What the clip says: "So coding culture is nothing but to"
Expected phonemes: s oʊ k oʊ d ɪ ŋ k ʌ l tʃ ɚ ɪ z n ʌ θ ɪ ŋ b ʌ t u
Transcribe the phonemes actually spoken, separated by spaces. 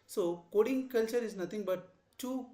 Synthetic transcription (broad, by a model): s oʊ k oʊ d ɪ ŋ k ʌ l tʃ ɚ ɪ z n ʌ t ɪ ŋ b ʌ t u